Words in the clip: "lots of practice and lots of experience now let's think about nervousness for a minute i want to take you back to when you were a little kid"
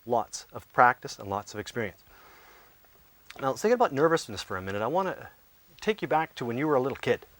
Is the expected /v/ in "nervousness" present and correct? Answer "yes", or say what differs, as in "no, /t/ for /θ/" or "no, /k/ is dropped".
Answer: yes